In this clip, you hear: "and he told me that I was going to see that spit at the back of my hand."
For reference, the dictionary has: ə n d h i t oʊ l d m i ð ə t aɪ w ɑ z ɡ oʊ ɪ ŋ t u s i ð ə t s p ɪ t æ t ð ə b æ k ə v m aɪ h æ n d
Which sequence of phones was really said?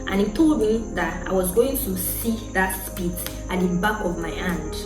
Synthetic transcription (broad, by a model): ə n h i t oʊ l d m i ð ə t aɪ w ɑ z ɡ oʊ ɪ ŋ t u s i ð ə t s p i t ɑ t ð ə b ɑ k ə v m aɪ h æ n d